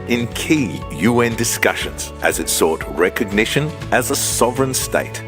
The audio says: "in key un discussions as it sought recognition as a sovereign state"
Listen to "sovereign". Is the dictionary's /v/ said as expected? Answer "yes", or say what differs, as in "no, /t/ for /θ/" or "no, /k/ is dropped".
yes